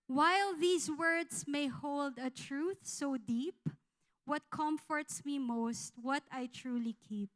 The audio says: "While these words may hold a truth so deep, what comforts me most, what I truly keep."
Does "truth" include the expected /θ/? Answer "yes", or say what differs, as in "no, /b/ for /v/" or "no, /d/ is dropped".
yes